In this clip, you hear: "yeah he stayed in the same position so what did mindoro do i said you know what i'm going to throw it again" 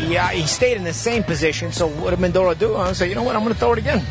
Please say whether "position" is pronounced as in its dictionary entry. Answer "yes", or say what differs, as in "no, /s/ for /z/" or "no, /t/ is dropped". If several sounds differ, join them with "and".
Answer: yes